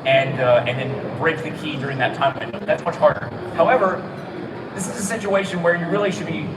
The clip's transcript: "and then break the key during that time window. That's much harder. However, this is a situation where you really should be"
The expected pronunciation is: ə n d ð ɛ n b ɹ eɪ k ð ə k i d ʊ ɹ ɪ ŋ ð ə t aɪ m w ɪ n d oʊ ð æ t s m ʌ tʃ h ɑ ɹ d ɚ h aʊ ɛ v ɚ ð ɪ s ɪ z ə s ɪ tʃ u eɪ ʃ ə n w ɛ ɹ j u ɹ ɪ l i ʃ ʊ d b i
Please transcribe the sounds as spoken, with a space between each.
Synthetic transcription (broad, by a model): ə n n ð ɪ n b ɹ eɪ k ð ə k i d ʊ ɹ ɪ ŋ ð ə t aɪ m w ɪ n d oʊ ð æ t s m ʌ tʃ h ɑ ɹ d ɚ h aʊ ɛ v ɚ ð ɪ s ɪ z ə s ɪ tʃ u eɪ ʃ ə n w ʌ ɹ j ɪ ɹ ɪ l i ʃ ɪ d b i